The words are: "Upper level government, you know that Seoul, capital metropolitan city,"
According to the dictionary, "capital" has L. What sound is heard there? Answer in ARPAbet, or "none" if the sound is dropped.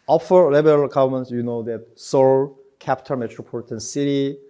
N